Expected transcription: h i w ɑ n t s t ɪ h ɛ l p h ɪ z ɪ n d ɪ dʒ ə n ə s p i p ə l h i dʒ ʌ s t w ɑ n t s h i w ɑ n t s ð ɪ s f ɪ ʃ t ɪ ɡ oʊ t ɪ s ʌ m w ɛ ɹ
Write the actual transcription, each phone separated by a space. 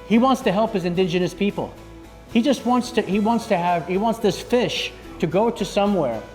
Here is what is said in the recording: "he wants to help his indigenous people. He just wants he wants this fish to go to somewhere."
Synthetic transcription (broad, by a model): h i w ɑ n t s t ɪ h ɛ l p h ɪ z ɪ n d ɪ dʒ ə n ə s p i p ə l h i dʒ ʌ s t w ɑ n t s h i w ɑ n t s ð ɪ s f ɪ ʃ t ɪ ɡ oʊ t ɪ s ʌ m w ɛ ɹ